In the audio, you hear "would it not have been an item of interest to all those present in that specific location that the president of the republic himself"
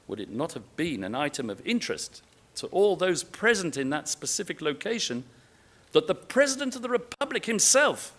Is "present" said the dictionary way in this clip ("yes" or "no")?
yes